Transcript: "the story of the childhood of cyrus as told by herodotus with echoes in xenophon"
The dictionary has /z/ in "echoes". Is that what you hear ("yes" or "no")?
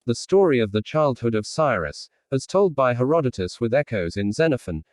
yes